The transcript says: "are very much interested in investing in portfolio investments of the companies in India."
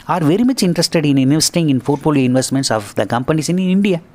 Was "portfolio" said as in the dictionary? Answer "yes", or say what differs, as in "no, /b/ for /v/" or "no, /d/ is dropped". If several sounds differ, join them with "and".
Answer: no, /f/ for /p/